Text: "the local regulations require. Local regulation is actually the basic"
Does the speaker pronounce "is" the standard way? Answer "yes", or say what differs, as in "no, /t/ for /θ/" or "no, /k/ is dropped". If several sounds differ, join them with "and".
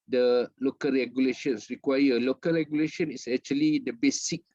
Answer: no, /s/ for /z/